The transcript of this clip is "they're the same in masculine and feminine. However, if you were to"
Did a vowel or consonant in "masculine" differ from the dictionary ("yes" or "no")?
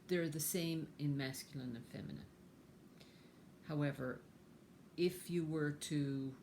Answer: no